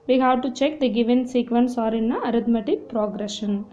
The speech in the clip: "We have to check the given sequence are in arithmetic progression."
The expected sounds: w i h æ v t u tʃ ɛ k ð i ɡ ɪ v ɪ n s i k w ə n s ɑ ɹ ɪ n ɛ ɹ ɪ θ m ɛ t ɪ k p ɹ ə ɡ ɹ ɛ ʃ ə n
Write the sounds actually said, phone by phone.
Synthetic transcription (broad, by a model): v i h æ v t u tʃ ɛ k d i ɡ ɪ v ɪ n s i k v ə n s ɑ ɹ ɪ n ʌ ɹ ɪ t m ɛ t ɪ k p ɹ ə ɡ ɹ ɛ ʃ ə n